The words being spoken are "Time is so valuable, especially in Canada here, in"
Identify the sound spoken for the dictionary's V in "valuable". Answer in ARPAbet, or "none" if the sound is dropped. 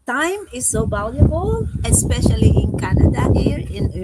B